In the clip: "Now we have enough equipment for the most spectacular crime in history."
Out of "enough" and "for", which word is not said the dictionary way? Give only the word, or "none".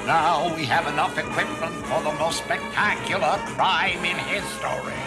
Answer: none